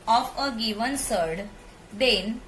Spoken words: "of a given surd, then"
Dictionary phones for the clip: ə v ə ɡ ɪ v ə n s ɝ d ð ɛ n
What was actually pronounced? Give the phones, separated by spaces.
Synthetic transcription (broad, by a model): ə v ə ɡ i v ə n s ɝ d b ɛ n